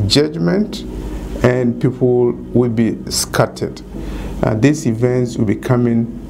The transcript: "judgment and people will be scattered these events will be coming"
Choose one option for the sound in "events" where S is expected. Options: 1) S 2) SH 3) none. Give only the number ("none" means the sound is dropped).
1